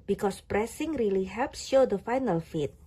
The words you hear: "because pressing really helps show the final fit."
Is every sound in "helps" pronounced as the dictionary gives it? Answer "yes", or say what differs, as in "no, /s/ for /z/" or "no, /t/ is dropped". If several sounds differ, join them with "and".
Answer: yes